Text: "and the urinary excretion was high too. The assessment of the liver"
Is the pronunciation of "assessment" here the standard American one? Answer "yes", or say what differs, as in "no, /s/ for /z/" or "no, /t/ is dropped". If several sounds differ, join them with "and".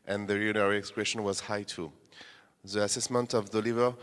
yes